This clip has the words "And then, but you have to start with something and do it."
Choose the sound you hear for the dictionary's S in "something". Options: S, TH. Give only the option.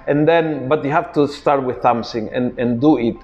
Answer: TH